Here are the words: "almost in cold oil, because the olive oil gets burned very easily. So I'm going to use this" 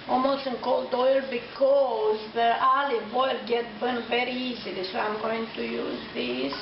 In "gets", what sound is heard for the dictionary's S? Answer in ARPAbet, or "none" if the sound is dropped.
none